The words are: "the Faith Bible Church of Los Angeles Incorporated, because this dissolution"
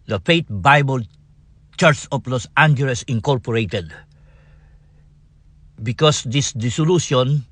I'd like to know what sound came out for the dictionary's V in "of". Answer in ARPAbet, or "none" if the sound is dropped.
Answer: P